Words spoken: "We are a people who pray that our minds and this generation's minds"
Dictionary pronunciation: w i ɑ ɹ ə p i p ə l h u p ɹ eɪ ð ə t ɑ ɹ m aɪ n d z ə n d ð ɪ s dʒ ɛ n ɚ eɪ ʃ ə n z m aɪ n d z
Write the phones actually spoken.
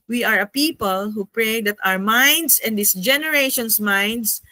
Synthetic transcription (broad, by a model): w i ɑ ɹ ə p i p ə l h u p ɹ eɪ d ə t ɑ ɹ m aɪ n d s ə n d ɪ s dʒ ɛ n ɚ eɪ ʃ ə n s m aɪ n d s